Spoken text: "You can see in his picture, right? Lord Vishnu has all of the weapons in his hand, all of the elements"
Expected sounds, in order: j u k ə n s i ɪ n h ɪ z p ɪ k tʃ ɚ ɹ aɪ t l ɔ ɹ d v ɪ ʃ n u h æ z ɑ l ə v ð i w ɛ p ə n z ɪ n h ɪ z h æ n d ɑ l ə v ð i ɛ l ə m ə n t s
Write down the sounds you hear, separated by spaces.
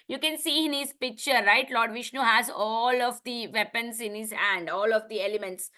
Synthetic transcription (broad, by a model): j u k ə n s i ɪ n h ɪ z p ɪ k tʃ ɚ ɹ aɪ t l ɔ ɹ d v ɪ ʃ n u h æ z ɑ l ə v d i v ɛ p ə n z ɪ n h ɪ z h æ n d ɑ l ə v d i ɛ l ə m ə n t s